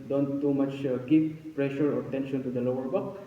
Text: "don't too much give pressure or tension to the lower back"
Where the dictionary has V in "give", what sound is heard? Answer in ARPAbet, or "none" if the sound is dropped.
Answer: P